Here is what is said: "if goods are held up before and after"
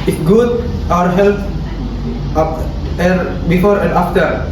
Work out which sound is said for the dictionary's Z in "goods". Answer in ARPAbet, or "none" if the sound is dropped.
none